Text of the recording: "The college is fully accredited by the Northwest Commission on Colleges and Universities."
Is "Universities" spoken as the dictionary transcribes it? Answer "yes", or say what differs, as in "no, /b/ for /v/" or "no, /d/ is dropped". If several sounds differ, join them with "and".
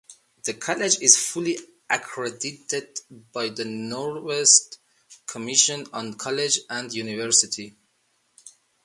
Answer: no, /z/ is dropped